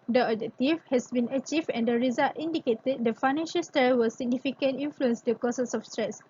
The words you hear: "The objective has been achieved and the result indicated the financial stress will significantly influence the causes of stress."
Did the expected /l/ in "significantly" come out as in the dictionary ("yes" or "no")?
no